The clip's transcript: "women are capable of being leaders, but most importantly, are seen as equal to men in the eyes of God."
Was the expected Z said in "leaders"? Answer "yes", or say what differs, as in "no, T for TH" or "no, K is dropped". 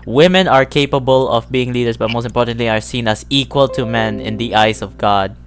no, S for Z